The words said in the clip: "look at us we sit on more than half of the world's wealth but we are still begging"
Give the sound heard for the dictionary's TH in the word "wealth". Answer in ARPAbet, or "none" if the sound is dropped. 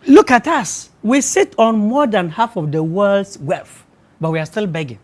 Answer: F